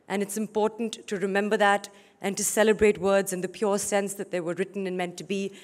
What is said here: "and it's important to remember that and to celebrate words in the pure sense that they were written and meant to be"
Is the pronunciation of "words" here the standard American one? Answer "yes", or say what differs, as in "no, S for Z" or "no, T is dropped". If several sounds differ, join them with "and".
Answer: yes